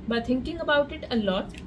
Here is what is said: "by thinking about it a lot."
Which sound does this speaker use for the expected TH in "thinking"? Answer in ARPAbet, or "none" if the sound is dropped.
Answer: T